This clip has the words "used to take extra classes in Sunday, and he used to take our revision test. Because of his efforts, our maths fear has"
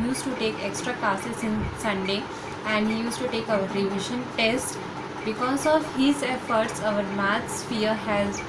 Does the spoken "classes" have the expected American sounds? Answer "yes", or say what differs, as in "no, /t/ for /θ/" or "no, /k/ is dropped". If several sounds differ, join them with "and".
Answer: no, /l/ is dropped